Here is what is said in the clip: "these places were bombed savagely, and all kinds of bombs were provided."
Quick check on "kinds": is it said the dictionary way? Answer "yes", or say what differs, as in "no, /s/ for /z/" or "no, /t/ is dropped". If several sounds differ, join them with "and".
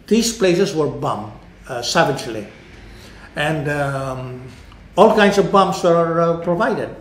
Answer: no, /s/ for /z/